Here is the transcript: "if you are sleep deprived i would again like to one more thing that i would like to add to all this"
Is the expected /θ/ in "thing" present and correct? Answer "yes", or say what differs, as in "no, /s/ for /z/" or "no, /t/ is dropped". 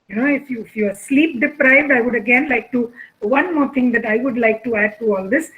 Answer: no, /t/ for /θ/